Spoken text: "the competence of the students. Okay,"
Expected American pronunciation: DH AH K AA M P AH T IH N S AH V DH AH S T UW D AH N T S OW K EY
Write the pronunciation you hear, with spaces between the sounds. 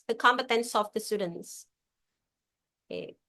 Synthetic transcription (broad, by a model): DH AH K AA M B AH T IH N S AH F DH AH S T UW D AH N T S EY